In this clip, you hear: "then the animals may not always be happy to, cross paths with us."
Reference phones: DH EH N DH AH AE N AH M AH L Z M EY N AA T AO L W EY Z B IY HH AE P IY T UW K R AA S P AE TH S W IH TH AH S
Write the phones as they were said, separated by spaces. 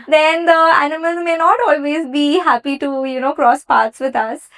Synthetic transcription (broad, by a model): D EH N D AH AE N AH M AH L Z M EY N AA T AO L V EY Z B IY HH AE P IY T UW K R AA S P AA T S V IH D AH S